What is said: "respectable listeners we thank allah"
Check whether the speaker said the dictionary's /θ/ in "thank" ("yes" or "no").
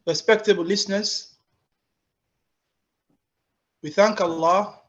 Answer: yes